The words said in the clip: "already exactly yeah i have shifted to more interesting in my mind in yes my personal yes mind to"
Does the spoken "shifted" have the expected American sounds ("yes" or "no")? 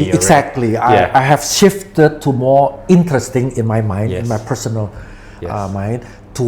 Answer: yes